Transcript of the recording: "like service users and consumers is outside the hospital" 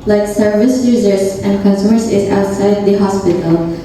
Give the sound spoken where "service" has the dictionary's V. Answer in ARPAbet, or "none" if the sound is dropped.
V